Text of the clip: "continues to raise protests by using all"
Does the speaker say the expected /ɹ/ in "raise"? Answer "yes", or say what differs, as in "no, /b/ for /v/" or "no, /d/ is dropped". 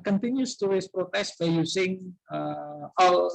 no, /w/ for /ɹ/